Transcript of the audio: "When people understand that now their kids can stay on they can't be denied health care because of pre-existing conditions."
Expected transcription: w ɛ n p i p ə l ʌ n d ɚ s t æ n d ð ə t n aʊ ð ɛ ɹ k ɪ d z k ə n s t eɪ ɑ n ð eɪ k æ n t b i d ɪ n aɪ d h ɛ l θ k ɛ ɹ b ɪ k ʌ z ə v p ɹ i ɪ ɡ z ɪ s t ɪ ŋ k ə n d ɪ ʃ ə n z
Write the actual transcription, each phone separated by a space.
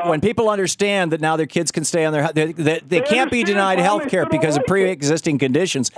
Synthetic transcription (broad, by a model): w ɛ n p i p l ʌ n d ɚ s t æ n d ð ə t n aʊ ð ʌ ɹ k ɪ d z k ə n s t eɪ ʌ n ð eɪ k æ n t b i d ɪ n aɪ d h ɛ l θ k ɛ ɹ b ɪ k ʌ z ə v p ɹ i ɪ ɡ z ɪ s t ɪ ŋ k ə n d ɪ ʃ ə n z